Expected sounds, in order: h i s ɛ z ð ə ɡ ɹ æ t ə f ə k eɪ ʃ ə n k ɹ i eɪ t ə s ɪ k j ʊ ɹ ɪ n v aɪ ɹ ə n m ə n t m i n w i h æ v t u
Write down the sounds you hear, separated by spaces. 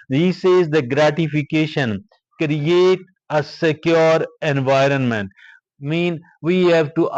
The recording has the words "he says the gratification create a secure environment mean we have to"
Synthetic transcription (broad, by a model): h i s ɛ z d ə ɡ ɹ æ t ə f ə k eɪ ʃ ə n k ɹ i eɪ t ə s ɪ k j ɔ ɹ ɪ n v aɪ ɹ ə n m ə n t m i n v i h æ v t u